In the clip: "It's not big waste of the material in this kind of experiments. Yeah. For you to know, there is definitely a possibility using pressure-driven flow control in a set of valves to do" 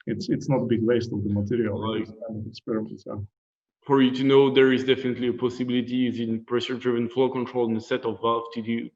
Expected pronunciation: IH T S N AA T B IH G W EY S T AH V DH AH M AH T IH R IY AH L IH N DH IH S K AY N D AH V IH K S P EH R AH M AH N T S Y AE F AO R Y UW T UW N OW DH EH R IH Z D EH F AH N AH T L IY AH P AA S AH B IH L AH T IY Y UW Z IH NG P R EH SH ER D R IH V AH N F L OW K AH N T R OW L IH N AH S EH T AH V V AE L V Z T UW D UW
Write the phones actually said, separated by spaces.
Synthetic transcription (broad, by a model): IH T S N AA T B IH G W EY S T AH V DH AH M AH T IH R IY AH L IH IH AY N AH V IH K S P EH R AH AH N S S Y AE F AO R Y UW T UW N OW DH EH R IH Z D EH F AH N AH T L IY AH P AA S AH B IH L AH T IY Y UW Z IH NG P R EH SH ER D R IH V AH N F L OW K AH N T R OW L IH N AH S EH T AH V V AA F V T UW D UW